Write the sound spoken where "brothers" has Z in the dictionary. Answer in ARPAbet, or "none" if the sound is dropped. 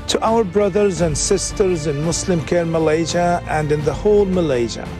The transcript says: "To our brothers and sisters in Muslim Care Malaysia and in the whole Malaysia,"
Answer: Z